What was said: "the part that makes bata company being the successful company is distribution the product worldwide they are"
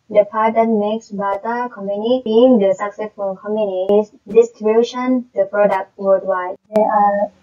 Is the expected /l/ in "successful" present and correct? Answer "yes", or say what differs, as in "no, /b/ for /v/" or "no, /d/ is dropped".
no, /n/ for /l/